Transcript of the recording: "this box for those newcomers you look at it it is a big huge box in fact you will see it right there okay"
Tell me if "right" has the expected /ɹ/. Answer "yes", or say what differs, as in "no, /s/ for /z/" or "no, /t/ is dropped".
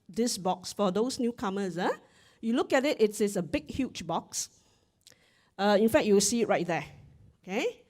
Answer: yes